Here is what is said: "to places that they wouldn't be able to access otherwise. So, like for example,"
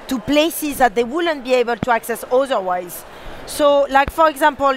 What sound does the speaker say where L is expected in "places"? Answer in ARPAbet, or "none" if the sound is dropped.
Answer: L